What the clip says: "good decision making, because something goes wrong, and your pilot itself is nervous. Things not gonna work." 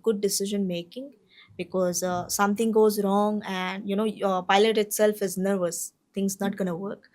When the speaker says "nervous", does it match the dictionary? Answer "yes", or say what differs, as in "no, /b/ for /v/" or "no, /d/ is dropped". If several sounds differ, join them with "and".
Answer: yes